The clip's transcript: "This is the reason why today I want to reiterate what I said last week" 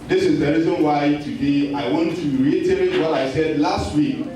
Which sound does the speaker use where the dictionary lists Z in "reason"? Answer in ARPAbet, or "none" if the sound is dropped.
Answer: Z